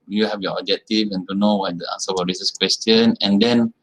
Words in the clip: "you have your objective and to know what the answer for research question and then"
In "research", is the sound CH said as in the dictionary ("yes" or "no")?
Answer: no